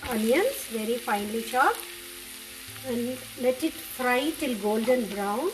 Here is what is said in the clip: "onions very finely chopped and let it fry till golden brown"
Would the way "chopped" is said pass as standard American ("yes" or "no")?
no